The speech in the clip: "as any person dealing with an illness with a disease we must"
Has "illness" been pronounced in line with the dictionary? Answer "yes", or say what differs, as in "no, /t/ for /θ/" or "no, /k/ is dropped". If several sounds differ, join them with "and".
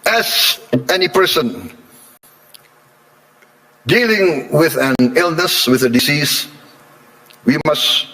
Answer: yes